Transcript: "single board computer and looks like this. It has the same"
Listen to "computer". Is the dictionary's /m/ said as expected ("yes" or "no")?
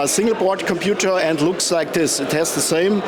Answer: yes